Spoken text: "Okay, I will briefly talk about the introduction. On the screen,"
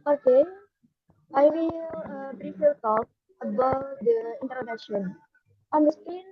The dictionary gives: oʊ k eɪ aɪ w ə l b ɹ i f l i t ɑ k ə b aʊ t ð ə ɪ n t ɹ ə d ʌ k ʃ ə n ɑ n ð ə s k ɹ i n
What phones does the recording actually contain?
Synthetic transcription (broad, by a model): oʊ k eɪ aɪ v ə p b ɹ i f i t ɑ k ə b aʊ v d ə ɪ n t ɹ ə d ʌ k ʃ ə n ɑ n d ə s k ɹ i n